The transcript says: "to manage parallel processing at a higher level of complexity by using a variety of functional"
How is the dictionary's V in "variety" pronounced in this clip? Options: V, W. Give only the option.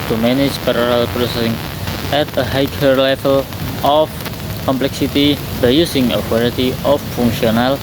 W